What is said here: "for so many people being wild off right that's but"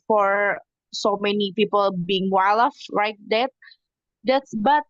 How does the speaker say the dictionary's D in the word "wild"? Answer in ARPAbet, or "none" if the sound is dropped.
none